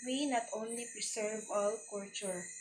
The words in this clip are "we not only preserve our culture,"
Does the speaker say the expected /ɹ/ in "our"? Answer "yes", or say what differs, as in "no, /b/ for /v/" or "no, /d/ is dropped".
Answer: no, /l/ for /ɹ/